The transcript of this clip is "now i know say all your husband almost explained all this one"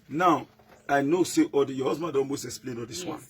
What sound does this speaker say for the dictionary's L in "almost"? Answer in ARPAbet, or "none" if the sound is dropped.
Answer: N